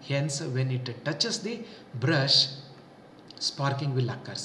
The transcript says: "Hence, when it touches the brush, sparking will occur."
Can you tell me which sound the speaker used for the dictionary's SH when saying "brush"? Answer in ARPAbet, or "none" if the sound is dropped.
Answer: SH